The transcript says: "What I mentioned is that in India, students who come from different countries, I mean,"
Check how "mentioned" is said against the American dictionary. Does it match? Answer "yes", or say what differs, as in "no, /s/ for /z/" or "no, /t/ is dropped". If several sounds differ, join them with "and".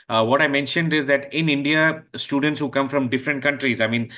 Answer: yes